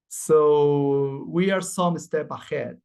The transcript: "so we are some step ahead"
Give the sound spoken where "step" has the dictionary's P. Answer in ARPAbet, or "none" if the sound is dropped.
B